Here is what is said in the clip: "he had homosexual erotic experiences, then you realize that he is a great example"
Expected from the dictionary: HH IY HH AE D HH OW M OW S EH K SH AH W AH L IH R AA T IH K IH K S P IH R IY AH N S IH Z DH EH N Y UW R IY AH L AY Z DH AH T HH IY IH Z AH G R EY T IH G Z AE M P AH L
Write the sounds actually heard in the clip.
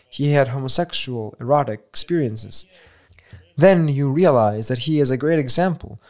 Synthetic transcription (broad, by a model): HH IY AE D HH OW M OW S EH K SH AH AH L IH R AA T IH K IH K S P IH R IY AH N S IH Z DH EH N Y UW R IY AH L AY Z DH AH T HH IY IH Z AH G R EY T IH G Z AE M P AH L